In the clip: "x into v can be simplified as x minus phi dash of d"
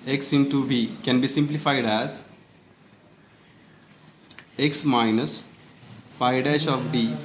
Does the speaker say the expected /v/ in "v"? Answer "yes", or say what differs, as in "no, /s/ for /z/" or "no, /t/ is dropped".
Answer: no, /b/ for /v/